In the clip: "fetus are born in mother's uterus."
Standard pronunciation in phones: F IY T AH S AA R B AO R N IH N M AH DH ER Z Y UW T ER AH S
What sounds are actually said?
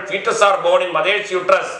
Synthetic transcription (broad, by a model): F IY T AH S AA R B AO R IH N M AH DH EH S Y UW T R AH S